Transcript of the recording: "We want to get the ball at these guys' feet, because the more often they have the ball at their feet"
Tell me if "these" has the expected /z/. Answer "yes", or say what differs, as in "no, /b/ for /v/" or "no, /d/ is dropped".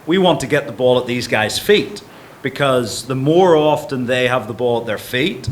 yes